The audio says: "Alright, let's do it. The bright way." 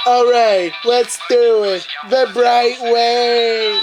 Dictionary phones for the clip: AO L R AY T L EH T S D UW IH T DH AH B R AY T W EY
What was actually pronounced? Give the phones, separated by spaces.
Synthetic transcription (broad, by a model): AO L R AY T L EH T S D UW IH T DH AH B R AY T W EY